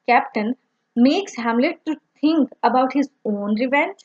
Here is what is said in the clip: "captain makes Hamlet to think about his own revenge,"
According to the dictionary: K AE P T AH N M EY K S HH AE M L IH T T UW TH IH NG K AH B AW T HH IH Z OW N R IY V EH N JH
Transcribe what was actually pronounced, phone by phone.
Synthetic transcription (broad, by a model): K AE P T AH N M EY K S HH AE M L IH T T UW T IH NG K AH B AW T HH IH Z OW N R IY V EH N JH